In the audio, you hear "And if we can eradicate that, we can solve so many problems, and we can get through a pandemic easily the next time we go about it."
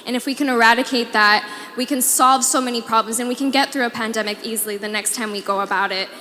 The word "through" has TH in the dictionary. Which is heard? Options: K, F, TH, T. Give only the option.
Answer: TH